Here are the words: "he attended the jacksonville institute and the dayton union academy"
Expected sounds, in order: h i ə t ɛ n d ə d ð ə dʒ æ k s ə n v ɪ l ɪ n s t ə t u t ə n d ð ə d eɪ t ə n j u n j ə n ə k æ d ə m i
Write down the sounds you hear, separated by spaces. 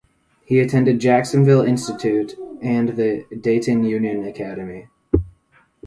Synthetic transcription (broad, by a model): h i ə t ɛ n d ə d dʒ æ k s ə n v ɪ l ɪ n s t ə t u t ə n ð ə d eɪ t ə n j u n j ə n ə k æ d ə m i